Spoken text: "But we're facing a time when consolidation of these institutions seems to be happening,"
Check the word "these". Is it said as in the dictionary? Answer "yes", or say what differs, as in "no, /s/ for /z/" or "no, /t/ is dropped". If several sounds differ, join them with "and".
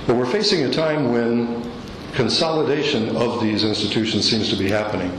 yes